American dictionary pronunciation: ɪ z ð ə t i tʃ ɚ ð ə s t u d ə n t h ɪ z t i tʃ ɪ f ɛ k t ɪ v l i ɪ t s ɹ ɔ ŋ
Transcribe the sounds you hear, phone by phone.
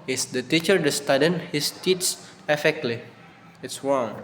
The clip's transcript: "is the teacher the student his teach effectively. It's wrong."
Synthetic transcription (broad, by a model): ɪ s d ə t i tʃ ɚ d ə s t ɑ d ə n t h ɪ s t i s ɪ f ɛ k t l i ɪ t s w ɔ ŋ